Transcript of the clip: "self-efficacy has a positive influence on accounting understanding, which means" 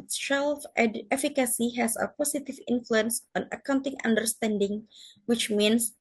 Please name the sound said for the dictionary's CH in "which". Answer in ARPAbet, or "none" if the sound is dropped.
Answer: CH